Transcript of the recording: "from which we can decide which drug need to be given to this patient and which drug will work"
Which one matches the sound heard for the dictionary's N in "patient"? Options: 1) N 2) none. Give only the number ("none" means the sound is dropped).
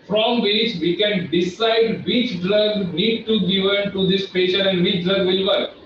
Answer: 2